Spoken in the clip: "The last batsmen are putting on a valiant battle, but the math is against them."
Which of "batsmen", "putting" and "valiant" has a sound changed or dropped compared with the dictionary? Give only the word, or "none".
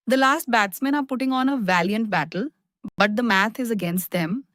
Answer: none